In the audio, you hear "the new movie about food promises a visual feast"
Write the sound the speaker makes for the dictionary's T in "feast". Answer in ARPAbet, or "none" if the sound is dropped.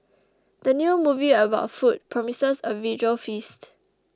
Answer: T